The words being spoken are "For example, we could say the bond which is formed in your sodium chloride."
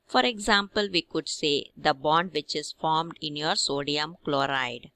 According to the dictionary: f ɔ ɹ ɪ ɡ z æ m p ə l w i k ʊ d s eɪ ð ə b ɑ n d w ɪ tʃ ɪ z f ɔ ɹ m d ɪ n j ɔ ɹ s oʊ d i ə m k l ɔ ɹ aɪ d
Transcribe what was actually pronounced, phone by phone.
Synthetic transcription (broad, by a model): f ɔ ɹ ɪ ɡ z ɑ m p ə l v i k ʊ d s eɪ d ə b ɑ n d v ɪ tʃ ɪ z f ɔ ɹ m d ɪ n j ɔ ɹ s oʊ d i ə m k l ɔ ɹ aɪ d